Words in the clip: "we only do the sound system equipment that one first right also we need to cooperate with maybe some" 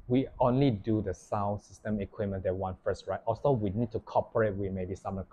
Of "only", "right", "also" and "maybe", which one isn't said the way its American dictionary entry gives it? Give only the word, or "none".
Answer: also